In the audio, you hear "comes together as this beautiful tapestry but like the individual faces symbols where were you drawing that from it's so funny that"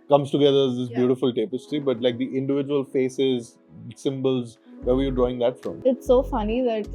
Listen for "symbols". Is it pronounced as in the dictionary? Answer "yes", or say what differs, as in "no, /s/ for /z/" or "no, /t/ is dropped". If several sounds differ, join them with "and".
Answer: yes